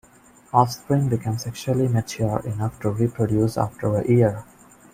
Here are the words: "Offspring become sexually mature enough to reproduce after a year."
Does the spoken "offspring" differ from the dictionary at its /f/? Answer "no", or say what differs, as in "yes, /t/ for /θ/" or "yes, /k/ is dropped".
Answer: yes, /f/ is dropped